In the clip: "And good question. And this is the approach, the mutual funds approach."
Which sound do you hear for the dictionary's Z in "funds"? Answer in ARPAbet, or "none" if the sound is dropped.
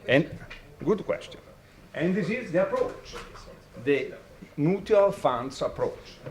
S